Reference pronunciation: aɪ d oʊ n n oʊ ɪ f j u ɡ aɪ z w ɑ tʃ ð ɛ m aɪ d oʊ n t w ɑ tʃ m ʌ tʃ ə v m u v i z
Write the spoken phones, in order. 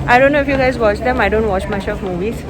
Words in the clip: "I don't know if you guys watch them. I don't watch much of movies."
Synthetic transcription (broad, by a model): aɪ d oʊ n n oʊ ɪ f j u ɡ aɪ z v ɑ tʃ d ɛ m aɪ d oʊ n t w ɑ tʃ m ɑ ʃ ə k m u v i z